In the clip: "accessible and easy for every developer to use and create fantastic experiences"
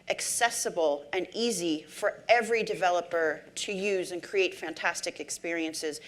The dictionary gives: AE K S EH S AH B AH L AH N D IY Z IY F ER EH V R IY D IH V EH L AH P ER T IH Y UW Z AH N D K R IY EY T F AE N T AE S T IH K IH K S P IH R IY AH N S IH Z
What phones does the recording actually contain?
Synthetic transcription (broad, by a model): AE K S EH S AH B L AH N IY Z IY F ER EH V R IY D IH V EH L AH P ER T IH Y UW Z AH N K R IY EY T F AE N T AE S T IH K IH K S P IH R IY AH N S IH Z